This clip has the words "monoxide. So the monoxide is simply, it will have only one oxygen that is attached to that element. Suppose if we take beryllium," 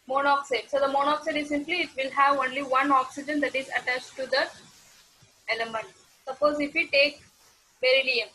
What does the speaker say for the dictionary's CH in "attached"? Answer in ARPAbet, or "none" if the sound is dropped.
CH